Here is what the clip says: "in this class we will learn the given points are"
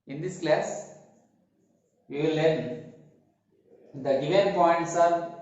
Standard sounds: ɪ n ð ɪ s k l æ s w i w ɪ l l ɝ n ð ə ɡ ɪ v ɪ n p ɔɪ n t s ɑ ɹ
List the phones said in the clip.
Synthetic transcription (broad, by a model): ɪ n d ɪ s k l æ s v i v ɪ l l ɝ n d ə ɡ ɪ v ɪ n p ɔɪ n t s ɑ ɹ